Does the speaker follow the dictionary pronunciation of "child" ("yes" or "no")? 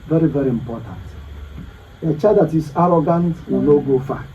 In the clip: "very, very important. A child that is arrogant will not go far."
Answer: no